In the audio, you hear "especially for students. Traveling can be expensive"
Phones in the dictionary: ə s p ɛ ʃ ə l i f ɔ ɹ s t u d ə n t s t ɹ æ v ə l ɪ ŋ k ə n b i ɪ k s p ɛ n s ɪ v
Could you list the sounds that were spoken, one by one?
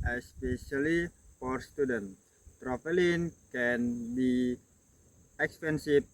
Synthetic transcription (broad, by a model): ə s p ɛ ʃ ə l i f ɔ ɹ s t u d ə n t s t ɹ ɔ f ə l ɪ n k ə n b i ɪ k s p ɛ n s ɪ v